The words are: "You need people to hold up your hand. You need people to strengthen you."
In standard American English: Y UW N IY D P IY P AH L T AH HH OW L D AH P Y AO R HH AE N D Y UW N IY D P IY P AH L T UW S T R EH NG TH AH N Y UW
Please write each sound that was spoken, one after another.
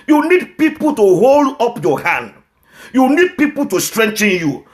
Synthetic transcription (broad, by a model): Y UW N IY D P IY P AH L T AH HH OW L D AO P Y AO HH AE N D Y UW N IY D P IY P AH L T UW S T R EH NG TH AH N Y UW